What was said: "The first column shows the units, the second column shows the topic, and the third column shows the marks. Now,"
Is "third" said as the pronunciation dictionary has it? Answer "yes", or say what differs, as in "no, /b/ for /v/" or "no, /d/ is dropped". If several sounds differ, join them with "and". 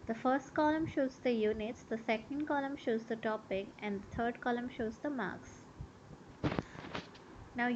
no, /t/ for /θ/